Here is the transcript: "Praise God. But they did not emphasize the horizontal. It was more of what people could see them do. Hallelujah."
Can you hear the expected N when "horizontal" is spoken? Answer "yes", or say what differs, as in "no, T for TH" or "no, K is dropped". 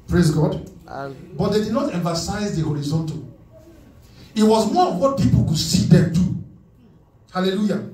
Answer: yes